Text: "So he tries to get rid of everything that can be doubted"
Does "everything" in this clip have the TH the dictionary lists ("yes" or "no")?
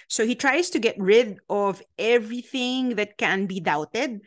yes